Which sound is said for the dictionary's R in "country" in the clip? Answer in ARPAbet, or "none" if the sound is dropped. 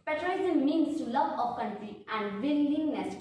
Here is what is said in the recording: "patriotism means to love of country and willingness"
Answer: none